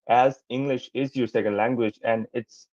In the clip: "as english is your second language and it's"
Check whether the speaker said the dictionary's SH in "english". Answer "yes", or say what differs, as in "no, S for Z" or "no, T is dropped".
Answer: yes